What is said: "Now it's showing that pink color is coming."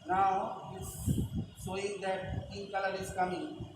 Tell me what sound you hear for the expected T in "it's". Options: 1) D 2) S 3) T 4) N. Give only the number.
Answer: 2